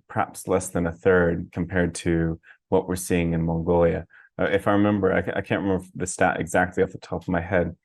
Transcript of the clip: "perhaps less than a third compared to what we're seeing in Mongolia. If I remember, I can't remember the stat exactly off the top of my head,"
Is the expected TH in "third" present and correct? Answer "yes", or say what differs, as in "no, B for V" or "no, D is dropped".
yes